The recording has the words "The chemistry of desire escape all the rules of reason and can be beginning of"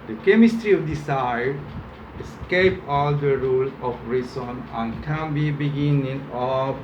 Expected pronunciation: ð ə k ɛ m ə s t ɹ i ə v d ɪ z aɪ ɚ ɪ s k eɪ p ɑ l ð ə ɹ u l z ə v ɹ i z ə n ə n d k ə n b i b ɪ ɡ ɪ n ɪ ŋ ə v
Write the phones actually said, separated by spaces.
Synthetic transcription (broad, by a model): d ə k ɛ m ə s t ɹ i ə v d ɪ s aɪ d ɪ s k eɪ p ɑ l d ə ɹ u l ə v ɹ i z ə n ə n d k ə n b i b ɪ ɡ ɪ n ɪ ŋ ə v